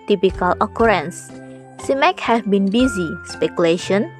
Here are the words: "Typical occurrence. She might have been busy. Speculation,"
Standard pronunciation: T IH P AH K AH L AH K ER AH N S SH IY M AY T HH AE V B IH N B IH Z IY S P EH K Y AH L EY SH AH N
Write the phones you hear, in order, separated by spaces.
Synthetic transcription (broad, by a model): T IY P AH K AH L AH K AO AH N S S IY M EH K HH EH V B IH N B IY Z IY S P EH K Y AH L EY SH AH N